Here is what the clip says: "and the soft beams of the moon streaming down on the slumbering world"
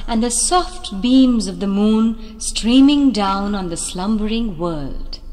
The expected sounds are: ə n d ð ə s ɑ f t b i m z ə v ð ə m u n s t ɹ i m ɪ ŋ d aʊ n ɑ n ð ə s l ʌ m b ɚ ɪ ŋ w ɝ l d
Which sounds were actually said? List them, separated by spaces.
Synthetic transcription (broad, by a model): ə n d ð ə s ɑ f t b i m z ə v ð ə m u n s t ɹ i m ɪ ŋ d aʊ n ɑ n ð ə s l ʌ m b ɚ ɪ ŋ w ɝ l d